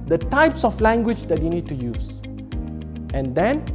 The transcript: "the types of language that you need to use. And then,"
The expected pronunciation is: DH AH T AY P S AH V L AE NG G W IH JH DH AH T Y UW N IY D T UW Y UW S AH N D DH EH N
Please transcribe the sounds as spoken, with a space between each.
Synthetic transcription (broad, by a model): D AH T AY P S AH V L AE NG G W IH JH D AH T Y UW N IY D T UW Y UW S AH N D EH N